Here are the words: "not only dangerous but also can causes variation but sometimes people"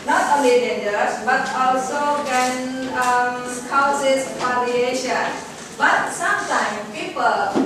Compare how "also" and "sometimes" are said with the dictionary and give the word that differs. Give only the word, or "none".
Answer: sometimes